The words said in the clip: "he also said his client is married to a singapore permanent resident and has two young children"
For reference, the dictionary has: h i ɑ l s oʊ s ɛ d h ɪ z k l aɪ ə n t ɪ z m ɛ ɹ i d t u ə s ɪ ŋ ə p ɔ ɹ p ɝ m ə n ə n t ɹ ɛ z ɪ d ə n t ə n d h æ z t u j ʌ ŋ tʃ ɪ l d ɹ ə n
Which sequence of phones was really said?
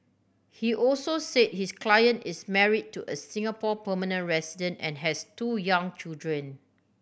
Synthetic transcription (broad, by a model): h i ɑ l s oʊ s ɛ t h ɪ s k l aɪ ə n t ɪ s m ɛ ɹ i d t u ə s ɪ ŋ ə p ɔ p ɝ m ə n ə n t ɹ ɛ s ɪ d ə n t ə n h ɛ s t u j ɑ ŋ tʃ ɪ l d ɹ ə n